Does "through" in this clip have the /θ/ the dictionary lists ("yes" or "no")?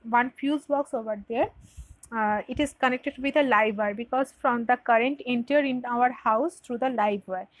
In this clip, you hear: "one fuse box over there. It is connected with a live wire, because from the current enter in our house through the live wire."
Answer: no